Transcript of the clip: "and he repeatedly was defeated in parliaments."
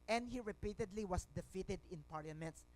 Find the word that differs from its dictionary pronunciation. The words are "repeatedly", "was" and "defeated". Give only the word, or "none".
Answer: was